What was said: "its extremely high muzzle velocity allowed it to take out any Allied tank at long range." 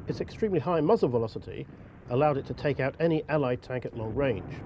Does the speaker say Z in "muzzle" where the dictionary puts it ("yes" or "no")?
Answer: yes